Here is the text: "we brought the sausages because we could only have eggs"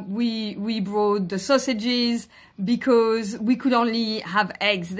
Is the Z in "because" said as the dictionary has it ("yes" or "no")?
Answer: yes